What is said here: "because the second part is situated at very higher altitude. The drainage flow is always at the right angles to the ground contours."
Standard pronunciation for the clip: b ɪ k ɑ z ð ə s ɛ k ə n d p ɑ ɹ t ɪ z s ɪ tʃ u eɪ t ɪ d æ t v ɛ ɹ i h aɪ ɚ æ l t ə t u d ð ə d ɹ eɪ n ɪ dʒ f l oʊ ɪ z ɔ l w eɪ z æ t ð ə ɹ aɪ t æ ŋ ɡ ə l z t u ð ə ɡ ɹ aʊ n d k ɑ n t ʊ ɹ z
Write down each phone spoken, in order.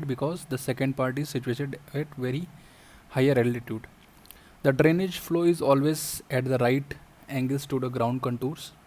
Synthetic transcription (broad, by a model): b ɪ k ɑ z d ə s ɛ k ə n d p ɑ ɹ t ɪ z s ɪ tʃ u eɪ t ɪ d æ t v ɛ ɹ i h aɪ ɚ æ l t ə t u d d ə d ɹ eɪ n ɪ dʒ f l oʊ ɪ z ɔ l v eɪ z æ t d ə ɹ aɪ t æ ŋ ɡ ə l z t u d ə ɡ ɹ aʊ n d k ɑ n t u ɹ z